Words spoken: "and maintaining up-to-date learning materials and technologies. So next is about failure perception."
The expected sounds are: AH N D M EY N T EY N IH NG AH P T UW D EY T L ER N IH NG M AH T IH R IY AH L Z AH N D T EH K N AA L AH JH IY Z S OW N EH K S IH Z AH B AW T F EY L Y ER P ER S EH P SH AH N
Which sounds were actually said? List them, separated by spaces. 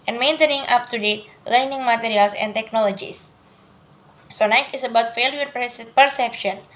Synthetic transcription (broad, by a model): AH N M EY N T EY N IH NG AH P T UW D EY T L ER N IH NG M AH T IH R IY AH L S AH N T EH K N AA L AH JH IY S S OW N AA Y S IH S AH B AW T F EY L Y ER P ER S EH P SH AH N